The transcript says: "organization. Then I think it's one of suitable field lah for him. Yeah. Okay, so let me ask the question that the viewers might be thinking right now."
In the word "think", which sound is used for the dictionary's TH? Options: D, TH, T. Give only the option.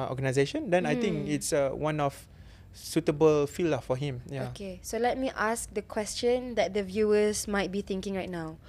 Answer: T